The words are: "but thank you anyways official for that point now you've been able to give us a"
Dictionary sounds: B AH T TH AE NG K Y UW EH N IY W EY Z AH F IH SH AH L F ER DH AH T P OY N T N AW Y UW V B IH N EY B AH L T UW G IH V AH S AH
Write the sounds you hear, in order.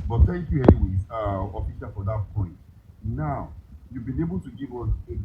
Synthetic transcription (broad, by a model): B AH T T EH K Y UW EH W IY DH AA AH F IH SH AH F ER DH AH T P OY N T N AW Y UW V B IH N EY B AH L T UW G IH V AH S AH